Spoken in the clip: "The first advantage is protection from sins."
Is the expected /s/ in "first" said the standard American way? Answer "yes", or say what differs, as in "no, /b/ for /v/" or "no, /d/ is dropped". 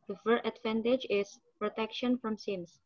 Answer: no, /s/ is dropped